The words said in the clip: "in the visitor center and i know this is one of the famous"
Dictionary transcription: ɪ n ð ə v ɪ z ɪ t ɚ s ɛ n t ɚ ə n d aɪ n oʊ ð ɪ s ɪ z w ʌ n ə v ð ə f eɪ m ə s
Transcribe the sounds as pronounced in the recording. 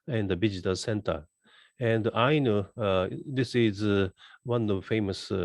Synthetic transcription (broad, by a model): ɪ n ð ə b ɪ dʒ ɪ t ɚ s ɛ n t ɚ ə n d aɪ n oʊ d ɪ s ɪ z w ʌ n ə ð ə f eɪ m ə s